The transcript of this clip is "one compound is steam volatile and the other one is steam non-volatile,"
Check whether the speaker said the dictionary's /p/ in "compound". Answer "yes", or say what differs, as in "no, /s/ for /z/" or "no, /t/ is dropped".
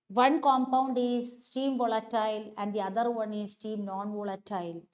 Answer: yes